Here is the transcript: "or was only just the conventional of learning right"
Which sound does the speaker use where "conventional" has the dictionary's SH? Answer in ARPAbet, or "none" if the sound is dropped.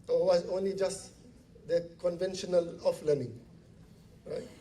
SH